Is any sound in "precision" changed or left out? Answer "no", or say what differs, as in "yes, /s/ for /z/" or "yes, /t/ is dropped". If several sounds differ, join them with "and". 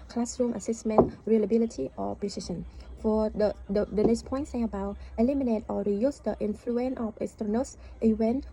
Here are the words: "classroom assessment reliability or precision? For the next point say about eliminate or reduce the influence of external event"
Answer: yes, /ɹ/ is dropped and /ʃ/ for /ʒ/